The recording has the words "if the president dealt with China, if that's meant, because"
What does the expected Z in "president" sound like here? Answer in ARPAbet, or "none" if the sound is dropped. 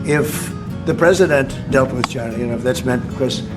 Z